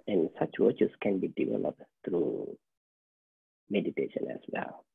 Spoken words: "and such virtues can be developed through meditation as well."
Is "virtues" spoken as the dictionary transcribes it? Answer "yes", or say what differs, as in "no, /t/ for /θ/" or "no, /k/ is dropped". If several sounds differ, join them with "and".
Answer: no, /w/ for /v/